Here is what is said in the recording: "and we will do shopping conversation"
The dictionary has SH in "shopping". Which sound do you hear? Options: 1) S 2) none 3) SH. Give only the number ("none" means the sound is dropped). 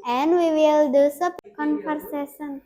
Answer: 1